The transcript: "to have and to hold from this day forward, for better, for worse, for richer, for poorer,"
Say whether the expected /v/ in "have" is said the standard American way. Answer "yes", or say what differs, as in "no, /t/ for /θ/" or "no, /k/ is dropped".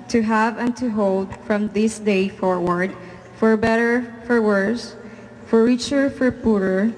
yes